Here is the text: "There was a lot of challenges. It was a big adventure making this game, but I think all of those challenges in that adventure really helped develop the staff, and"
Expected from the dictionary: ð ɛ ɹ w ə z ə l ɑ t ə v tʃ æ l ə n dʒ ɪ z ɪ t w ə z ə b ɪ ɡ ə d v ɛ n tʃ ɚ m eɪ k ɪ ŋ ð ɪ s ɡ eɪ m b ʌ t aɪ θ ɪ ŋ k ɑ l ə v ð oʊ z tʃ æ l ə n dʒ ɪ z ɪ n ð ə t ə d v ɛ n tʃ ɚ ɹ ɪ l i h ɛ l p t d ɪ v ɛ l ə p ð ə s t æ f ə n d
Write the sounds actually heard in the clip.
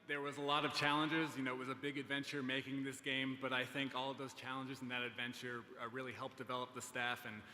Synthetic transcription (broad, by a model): ð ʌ ɹ w ə z ə l ɑ t ə v tʃ æ l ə n dʒ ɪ z ɪ t w ə z ə b ɪ ɡ ə d v ɛ n tʃ ɚ m eɪ k ɪ ŋ ð ɪ s ɡ eɪ m b ʌ t aɪ θ ɪ ŋ k ɑ l ə v ð oʊ z tʃ æ l ə n dʒ ɪ z n ð ə t ə d v ɛ n tʃ ɚ ɹ ɪ l i h ɛ l p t d ɪ v ɛ l ə p ð ə s t æ f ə n